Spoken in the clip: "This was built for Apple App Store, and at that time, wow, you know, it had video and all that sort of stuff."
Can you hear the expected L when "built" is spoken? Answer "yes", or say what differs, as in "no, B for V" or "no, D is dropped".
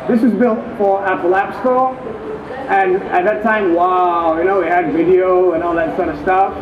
yes